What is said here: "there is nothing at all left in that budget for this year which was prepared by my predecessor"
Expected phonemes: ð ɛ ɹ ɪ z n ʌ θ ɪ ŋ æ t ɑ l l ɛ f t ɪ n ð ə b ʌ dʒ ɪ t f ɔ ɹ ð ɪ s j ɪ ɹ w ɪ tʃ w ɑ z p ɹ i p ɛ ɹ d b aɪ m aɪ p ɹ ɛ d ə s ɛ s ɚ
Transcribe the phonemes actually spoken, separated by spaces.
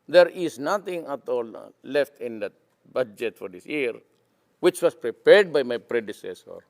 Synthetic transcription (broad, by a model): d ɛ ɹ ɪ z n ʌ t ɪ ŋ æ t ɑ l l ɛ f t ɪ n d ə b ʌ dʒ ɪ t f ɔ ɹ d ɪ s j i ɹ w ɪ tʃ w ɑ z p ɹ i p ɛ ɹ d b aɪ m aɪ p ɹ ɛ d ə s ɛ s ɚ